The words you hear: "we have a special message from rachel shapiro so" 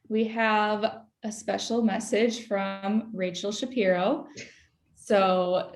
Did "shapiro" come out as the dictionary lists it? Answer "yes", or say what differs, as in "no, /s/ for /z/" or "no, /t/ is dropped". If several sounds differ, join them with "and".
yes